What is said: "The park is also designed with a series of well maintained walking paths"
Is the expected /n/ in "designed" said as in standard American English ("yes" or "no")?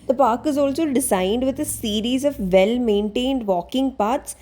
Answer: yes